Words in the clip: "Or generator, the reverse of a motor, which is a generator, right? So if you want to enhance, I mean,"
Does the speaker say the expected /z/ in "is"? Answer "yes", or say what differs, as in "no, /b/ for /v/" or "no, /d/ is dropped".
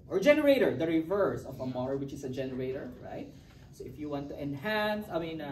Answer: no, /s/ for /z/